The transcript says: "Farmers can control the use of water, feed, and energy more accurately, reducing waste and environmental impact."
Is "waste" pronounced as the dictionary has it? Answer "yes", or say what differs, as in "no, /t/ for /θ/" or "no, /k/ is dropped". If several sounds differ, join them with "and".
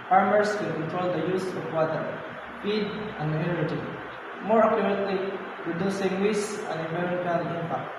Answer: no, /t/ is dropped